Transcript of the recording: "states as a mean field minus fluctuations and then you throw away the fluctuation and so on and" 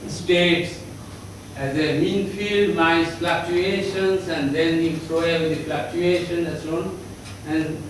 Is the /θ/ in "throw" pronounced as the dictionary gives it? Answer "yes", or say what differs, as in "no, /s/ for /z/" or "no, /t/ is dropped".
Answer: no, /s/ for /θ/